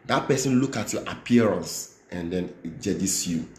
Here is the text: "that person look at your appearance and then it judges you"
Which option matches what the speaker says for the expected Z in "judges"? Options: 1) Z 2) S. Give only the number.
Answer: 2